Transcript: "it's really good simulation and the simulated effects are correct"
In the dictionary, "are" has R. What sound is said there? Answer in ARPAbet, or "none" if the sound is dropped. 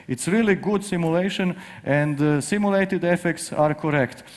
R